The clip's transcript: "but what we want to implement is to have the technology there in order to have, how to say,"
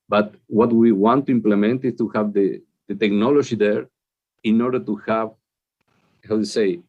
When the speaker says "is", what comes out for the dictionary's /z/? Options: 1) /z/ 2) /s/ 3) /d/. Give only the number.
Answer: 2